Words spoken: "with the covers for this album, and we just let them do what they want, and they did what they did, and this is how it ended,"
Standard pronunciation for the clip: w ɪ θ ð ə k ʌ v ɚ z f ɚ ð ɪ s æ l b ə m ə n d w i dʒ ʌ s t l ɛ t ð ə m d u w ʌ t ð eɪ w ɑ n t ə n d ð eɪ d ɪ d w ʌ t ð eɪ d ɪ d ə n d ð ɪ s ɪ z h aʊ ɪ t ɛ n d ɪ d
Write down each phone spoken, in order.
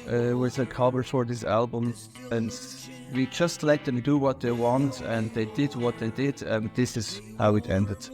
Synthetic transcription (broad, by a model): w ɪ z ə k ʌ b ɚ f ɚ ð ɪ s æ l b ə m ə n w i dʒ ʌ s t l ɛ t ð ə m d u w ʌ t ð eɪ w ɑ n t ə n ð eɪ d ɪ d w ʌ t ð eɪ d ɪ d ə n ð ɪ s ɪ z h aʊ ɪ t ɛ n d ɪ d